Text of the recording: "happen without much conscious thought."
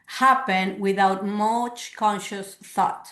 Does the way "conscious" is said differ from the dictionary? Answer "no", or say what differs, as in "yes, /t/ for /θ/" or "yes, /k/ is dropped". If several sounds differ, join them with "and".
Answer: no